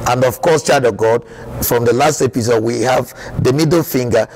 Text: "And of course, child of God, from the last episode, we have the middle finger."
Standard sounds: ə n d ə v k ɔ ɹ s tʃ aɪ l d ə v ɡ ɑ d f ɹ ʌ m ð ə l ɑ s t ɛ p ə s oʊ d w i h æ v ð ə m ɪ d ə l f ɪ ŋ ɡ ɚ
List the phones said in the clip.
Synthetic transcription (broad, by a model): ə n d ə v k ɔ s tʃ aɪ d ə ɡ ɑ d f ɹ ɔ m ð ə l ɑ s t ɛ p ə s oʊ d w i h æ v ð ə m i d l f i ŋ ɡ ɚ